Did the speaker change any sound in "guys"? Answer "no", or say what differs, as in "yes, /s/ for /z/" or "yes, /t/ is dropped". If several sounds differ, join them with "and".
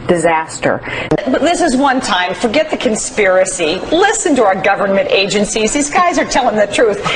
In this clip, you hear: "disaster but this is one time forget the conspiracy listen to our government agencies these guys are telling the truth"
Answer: no